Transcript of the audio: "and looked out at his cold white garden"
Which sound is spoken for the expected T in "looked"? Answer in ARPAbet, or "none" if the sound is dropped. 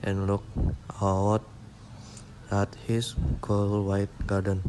none